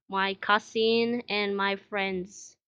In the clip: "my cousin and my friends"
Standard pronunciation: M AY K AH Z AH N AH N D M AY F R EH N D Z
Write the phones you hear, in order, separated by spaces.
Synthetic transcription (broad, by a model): M AY K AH S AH N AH N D M AY F R EH N D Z